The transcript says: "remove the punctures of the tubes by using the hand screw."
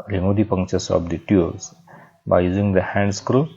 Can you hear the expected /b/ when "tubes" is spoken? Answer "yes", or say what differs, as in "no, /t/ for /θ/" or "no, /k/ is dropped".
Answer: no, /b/ is dropped